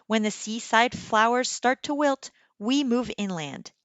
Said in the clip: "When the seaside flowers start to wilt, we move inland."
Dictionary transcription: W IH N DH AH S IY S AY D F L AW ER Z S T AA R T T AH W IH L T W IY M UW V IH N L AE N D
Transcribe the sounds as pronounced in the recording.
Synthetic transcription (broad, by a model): W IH N DH AH S IY S AY D F L AW ER Z S T AA R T T AH W IH L T W IY M UW V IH N L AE N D